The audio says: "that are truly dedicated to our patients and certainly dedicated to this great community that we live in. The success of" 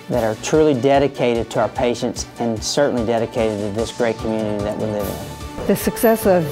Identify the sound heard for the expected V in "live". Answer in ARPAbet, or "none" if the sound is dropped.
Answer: V